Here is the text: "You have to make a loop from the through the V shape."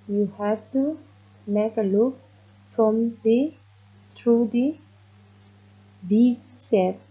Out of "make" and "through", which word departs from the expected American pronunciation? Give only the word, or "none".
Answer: through